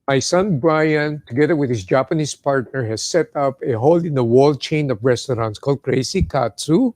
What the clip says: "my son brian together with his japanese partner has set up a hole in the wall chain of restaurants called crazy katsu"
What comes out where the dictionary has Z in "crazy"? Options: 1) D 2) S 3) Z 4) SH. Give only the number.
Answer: 2